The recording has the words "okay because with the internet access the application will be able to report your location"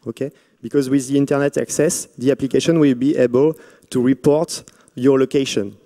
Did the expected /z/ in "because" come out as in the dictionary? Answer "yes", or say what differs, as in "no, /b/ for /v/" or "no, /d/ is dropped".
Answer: yes